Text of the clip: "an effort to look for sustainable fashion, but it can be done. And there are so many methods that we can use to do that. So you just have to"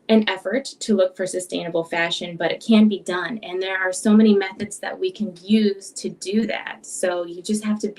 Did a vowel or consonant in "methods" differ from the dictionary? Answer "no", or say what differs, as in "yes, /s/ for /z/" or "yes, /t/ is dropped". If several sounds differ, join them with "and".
no